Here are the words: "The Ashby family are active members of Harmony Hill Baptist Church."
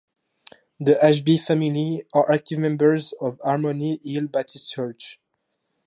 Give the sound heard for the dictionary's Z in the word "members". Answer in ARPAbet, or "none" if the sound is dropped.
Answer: Z